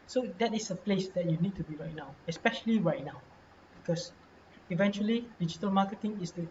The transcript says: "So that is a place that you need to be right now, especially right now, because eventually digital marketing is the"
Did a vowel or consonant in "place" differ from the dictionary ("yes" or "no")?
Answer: no